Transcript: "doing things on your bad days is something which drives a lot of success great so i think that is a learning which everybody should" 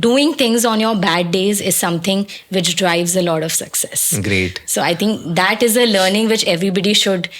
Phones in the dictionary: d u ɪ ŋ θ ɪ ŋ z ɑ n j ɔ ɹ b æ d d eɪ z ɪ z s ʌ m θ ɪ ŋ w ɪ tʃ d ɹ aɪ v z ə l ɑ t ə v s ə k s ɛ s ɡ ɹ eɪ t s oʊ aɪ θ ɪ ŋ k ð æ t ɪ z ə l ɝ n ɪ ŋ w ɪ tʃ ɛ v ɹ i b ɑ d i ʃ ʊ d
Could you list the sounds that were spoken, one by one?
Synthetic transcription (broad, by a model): d u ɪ ŋ t ɪ ŋ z ɑ n j ɔ ɹ b æ d d eɪ z ɪ z s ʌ m t ɪ ŋ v ɪ tʃ d ɹ aɪ v z ə l ɑ t ə v s ə k s ɛ s ɡ ɹ eɪ t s oʊ aɪ t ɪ ŋ k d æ t ɪ z ə l ɝ n ɪ ŋ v ɪ tʃ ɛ v ɹ i b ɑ d i ʃ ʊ d